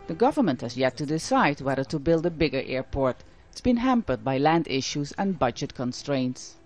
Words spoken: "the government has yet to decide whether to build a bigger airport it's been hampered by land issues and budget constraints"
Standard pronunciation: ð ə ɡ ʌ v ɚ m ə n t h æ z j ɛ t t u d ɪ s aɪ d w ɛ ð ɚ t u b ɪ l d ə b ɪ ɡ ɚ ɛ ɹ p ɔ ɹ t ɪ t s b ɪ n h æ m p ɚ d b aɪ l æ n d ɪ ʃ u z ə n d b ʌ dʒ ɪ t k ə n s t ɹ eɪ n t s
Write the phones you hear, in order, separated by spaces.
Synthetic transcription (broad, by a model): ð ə ɡ ʌ v ɚ m ə n t h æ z j ɛ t t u d ɪ s aɪ d w ɛ ð ɚ t u b ɪ l d ə b ɪ ɡ ɚ ɛ ɹ p ɔ ɹ t ɪ t s b ɪ n h æ m p ɚ d b aɪ l æ n d ɪ ʃ u z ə n b ʌ dʒ ɪ t k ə n s t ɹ eɪ n t s